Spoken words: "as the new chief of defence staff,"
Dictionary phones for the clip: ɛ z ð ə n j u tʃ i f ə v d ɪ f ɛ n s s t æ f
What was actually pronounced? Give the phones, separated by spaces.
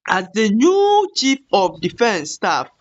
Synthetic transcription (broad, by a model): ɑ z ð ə n j u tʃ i p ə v d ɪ f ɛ n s s t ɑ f